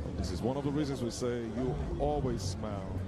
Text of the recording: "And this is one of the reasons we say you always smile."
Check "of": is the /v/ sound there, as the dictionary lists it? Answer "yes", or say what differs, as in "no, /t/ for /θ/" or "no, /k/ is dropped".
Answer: yes